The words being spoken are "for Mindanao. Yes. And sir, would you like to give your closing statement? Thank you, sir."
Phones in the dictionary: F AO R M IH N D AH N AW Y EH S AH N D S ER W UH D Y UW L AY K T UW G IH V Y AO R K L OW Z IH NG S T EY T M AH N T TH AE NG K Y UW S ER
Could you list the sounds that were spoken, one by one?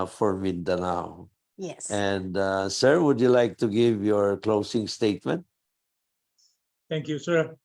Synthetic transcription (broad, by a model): F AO R M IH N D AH N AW Y EH S AH N D S ER W UH D Y UW L AY K T UW G IH V Y AO R K L OW S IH NG S T EY T M AH N T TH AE NG K Y UW S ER